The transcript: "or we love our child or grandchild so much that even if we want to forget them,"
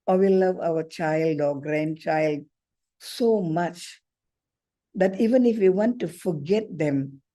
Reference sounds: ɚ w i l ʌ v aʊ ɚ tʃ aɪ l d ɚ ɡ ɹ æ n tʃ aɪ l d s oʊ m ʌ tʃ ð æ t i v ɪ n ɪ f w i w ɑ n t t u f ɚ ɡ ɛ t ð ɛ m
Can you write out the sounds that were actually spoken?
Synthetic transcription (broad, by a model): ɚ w i l ʌ v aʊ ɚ tʃ aɪ l d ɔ ɡ ɹ æ n tʃ aɪ l d s oʊ m ʌ tʃ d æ t i v ɪ n ɪ f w i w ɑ n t t u f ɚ ɡ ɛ t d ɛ m